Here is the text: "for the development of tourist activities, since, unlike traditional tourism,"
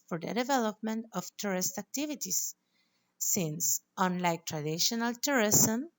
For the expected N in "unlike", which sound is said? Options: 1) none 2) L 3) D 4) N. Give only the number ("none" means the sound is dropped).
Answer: 4